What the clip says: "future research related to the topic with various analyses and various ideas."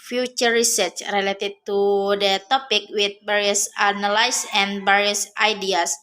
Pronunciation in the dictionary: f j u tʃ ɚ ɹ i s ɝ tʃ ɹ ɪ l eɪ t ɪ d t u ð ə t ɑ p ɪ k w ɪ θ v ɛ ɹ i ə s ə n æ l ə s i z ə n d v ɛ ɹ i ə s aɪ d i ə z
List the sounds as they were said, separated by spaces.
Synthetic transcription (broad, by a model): f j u tʃ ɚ ɹ i s ɝ tʃ ɹ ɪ l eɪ t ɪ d t u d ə t ɑ p ɪ k w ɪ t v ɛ ɹ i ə s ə n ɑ l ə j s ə n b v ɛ ɹ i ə s aɪ d i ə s